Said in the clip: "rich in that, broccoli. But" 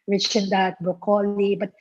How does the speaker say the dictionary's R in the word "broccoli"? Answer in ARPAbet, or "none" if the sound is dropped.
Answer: none